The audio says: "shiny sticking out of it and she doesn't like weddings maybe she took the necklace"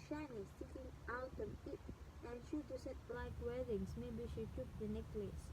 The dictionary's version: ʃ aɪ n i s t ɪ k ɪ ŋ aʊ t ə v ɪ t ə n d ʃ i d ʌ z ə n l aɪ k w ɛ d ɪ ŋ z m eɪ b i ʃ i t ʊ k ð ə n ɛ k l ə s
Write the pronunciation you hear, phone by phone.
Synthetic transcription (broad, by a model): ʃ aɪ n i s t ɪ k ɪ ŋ aʊ t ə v ɪ t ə n ʃ i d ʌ s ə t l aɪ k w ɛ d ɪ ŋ s m eɪ b i ʃ i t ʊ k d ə n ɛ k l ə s